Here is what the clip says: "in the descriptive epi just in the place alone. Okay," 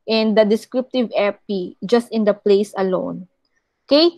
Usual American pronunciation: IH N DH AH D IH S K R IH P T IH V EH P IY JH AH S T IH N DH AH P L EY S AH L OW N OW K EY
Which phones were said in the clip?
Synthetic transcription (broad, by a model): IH N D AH D IH S K R IH P T IH V EH P IY JH AH S T IH N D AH P L EY S AH L OW N K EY